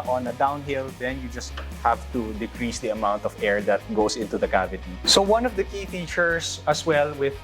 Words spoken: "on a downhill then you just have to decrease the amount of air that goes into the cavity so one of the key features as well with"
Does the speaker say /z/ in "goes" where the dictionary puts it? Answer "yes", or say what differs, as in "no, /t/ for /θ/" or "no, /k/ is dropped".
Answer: no, /s/ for /z/